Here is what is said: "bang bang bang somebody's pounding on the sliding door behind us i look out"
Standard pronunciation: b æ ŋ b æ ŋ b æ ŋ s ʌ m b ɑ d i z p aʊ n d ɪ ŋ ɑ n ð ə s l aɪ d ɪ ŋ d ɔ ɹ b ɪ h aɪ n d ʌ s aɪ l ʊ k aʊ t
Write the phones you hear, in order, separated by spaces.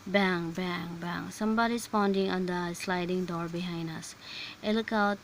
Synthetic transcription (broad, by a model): b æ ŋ b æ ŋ b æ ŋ s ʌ m b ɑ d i s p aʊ n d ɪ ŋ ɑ n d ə s l aɪ d ɪ ŋ d ɔ ɹ b ɪ h aɪ n d ʌ s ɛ l k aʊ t